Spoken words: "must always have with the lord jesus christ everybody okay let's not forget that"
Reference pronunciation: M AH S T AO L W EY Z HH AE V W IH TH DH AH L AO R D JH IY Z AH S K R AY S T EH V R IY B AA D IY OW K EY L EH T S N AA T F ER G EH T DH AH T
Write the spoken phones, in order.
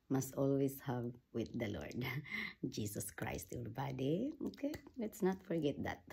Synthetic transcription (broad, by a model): M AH S T AO L W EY S HH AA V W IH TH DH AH L AO R D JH IY S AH S K R AY S T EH R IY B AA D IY OW K EY L EH T S N AA T F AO G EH T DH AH T